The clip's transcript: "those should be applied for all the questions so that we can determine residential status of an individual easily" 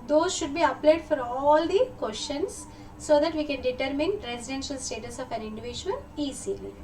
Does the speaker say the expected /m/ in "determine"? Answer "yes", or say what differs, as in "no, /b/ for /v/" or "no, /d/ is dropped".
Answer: yes